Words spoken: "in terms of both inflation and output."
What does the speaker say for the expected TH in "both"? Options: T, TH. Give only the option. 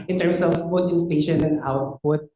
T